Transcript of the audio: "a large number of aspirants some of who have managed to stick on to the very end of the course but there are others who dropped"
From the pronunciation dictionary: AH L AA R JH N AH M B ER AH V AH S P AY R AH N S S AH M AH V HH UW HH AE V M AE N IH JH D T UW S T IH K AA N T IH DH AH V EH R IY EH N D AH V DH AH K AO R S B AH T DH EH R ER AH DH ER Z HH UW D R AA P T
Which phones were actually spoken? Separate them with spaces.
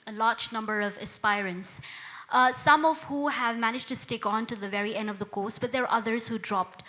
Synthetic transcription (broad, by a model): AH L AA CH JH N AH M B ER AH V AH S P AY R AH N S S AH M AH V HH UW HH AE V M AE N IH JH T UW S T IH K AA N T IH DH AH V EH R IY EH N D AH V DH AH K AO S B AH T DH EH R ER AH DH ER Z HH UW D R AA P T